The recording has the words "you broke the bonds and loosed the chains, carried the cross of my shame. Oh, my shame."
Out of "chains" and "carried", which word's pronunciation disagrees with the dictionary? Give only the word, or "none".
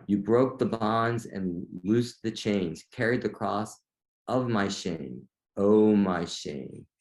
none